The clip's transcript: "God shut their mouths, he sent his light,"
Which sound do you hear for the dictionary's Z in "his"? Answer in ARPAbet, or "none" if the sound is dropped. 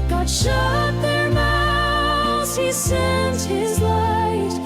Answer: Z